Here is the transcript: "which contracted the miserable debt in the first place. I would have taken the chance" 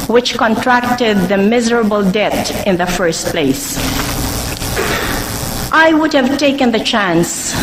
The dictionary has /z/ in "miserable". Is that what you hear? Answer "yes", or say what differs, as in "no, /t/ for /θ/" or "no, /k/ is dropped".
yes